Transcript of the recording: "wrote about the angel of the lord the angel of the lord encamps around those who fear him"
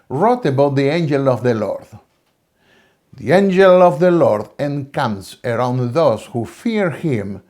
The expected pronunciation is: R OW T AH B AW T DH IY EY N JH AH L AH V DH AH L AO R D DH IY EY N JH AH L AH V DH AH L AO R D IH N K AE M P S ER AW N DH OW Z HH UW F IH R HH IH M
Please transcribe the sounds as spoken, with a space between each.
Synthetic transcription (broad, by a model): R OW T AH B AW T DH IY EY N JH AH L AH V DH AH L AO R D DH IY EY N JH AH L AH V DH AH L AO R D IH N K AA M S ER AW N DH OW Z HH UW F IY R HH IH M